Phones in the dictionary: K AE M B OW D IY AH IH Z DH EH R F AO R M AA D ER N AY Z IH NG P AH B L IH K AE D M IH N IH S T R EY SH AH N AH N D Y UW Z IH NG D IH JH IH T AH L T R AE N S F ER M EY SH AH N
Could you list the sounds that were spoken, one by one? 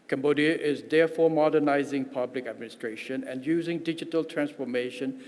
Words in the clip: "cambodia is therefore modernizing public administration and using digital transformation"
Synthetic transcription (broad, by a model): K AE M B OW D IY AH IH Z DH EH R F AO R M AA D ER N AY Z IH NG P AH B L IH K AE D M IH N IH S T R EY SH AH N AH N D Y UW Z IH NG D IH JH IH T AH L T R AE N S F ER M EY SH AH N